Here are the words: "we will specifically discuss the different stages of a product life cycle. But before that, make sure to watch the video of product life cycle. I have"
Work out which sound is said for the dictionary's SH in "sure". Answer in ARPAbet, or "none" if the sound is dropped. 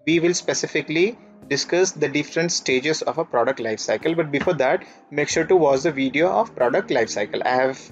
SH